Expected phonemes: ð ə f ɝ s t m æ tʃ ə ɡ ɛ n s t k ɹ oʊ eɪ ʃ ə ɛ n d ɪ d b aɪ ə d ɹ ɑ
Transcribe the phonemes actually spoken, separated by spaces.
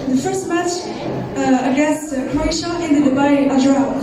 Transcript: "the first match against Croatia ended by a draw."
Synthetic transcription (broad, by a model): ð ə f ɝ s t m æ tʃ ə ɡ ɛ s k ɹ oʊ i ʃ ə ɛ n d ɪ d b aɪ ə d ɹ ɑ